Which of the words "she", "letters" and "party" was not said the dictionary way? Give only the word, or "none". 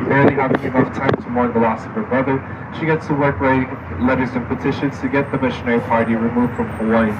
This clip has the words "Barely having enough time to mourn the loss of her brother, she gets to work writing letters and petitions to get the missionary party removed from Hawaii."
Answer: none